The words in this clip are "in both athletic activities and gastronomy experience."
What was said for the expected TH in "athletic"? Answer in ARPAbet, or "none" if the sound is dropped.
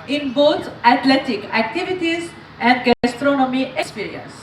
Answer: T